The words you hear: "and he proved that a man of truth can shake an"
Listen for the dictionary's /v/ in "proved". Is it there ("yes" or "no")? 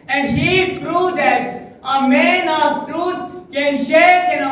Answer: no